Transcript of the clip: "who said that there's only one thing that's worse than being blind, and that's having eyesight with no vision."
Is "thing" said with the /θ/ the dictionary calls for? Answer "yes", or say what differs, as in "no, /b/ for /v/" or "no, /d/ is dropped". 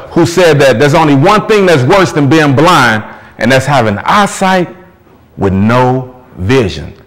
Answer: yes